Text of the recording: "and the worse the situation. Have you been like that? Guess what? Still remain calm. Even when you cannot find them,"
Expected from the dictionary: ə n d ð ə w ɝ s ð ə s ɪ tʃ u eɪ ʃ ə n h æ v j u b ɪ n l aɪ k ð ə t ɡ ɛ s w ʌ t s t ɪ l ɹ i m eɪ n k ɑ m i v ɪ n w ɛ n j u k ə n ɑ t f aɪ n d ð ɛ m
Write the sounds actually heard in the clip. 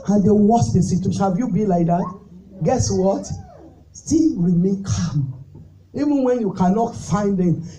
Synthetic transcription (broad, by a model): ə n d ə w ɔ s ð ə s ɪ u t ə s h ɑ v j u b ɪ n l aɪ k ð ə t ɡ ɛ s w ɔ t s t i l ɹ i m eɪ n k ɑ m i v ɪ n w ɛ n j u k ə n ɑ t f aɪ n d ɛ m